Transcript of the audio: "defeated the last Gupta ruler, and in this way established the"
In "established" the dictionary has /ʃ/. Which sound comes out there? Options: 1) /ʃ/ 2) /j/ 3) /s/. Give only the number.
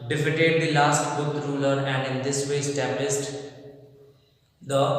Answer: 3